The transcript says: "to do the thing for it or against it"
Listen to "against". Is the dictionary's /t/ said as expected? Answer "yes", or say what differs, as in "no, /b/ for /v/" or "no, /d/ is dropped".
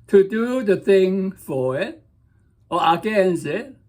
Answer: no, /t/ is dropped